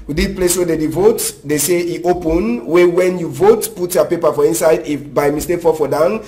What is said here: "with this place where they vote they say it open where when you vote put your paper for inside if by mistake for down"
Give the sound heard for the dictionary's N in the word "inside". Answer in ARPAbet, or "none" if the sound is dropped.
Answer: N